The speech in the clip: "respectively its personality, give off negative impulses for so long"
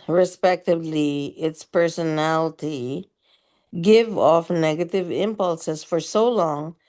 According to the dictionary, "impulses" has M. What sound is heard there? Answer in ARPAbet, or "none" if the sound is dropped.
M